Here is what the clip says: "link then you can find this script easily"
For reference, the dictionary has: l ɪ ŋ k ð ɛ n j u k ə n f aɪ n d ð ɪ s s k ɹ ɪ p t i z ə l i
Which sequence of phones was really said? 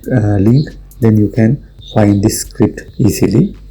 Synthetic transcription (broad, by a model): l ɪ ŋ k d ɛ n j u k ə n f aɪ n d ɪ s s k ɹ ɪ p t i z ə l i